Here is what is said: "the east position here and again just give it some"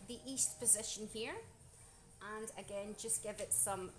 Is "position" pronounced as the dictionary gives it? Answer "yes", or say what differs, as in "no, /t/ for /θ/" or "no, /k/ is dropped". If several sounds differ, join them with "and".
yes